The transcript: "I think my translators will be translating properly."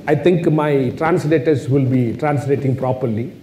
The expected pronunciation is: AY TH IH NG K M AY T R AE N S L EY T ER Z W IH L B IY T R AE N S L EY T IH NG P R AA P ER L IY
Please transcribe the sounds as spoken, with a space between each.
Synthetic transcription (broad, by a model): AY T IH NG K M AY T R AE N S L EY T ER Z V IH L B IY T R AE N S L EY T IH NG P R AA P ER L IY